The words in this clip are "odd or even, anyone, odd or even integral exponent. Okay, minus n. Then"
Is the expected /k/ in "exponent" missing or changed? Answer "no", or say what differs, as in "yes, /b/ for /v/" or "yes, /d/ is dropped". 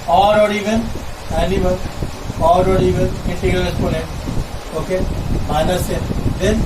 yes, /k/ is dropped